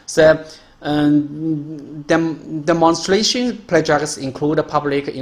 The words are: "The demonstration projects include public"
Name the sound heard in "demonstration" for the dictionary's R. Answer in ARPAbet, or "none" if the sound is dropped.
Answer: R